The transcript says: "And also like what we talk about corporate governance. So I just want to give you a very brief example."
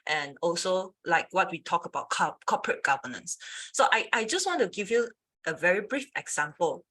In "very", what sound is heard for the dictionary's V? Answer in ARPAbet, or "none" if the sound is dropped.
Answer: V